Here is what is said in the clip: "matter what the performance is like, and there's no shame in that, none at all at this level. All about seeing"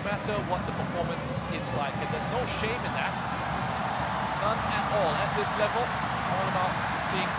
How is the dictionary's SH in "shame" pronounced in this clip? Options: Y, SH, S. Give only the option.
SH